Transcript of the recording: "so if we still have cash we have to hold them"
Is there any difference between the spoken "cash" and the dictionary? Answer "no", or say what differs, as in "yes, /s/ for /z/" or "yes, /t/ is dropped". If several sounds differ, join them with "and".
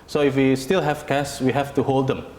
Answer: yes, /s/ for /ʃ/